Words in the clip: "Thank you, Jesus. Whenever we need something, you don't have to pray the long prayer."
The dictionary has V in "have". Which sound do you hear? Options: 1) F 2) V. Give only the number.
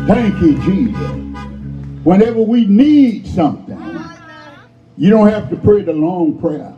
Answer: 1